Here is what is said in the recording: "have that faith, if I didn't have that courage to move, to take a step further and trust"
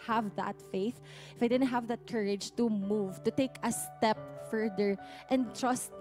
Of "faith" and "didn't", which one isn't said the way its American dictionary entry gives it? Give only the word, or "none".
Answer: none